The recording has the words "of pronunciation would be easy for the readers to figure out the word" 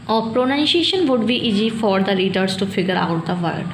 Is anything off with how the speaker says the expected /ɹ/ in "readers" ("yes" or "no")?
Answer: yes